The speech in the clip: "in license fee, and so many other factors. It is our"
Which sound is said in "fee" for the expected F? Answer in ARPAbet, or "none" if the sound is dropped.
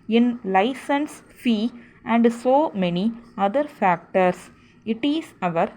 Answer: F